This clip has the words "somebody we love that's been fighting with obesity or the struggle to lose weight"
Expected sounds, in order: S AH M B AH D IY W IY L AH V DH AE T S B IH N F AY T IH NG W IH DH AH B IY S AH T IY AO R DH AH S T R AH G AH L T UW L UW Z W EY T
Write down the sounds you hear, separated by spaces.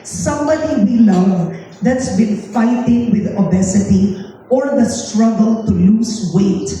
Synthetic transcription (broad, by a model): S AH M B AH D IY W IY L AH V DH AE T S B IH N F AY T IH NG W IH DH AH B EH S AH T IY AO R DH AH S T R AH G AH L T UW L UW S W EY T